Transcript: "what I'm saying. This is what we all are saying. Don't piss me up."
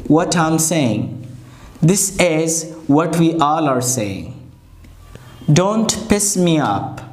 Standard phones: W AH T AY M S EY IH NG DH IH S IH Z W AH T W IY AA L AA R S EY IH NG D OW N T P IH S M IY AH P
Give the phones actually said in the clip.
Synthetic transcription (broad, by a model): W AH T AY M S EY IH NG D IH S IH Z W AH T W IY AA L AA R S EY IH NG D OW N T P IH S M IY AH P